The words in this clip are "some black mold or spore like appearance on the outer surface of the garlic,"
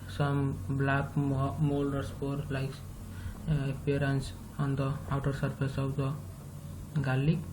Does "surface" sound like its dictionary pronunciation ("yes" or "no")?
no